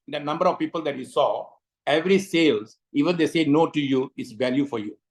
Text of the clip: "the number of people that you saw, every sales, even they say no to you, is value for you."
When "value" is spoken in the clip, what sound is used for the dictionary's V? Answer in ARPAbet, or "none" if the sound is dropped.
V